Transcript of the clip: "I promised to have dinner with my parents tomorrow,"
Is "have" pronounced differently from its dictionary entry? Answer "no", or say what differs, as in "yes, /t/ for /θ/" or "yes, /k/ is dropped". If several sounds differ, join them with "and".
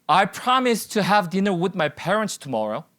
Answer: no